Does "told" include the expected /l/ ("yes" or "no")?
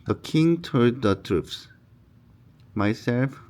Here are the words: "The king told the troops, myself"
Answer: no